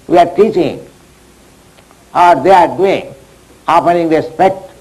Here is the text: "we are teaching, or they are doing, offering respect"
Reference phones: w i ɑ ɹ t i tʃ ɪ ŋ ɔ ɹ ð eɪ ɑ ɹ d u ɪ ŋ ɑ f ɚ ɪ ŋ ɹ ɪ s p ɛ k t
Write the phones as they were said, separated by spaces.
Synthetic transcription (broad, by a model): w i ɑ ɹ t i tʃ ɪ ŋ ɔ ɹ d eɪ ɑ ɹ d u ɪ ŋ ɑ p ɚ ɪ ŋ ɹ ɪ s p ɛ k t